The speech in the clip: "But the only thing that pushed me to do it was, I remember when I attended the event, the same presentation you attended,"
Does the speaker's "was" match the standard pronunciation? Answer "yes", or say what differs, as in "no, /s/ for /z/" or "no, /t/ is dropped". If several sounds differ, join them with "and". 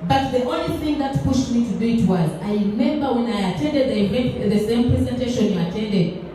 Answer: yes